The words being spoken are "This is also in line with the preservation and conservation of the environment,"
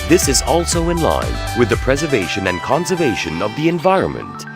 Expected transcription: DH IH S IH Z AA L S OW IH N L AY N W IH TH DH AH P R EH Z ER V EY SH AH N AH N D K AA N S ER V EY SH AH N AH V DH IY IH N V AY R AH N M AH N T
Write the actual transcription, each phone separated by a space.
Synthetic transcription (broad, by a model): DH IH S IH Z AA L S OW IH N L AY N W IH DH AH P R EH Z ER V EY SH AH N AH N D K AA N S ER V EY SH AH N AH V DH IY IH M V AY R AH N M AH N T